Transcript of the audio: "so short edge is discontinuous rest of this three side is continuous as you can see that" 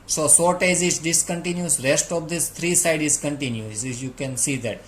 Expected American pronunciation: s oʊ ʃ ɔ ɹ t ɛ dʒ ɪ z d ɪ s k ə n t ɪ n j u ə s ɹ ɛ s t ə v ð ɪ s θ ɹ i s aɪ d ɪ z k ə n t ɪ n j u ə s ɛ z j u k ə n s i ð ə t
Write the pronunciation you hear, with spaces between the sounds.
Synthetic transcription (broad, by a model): s oʊ s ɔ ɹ t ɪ z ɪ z d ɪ s k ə n t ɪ n j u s ɹ ɛ s t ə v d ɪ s t ɹ i s aɪ d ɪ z k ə n t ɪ n j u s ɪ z j u k ə n s i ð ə t